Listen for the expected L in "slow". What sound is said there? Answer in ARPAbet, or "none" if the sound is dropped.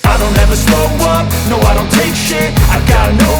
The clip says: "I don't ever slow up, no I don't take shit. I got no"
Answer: none